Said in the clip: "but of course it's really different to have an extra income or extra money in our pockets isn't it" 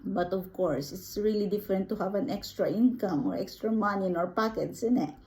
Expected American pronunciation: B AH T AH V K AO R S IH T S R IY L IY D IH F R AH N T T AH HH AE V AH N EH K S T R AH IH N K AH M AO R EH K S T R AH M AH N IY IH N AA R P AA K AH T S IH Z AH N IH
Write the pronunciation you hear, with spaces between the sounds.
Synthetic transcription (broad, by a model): B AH T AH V K AO R S IH T S R IY L IY D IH F R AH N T T AH HH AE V AH N EH K S T R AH IH N K AH M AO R EH K S T R AH M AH N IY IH N AA R P AA K AH T S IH N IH